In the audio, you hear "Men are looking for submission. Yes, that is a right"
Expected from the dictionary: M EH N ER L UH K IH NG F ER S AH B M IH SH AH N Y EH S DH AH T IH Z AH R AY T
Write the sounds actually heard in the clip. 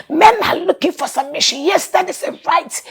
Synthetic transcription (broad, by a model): M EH N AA L UH K IH NG F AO S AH M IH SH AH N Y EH S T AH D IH S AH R AY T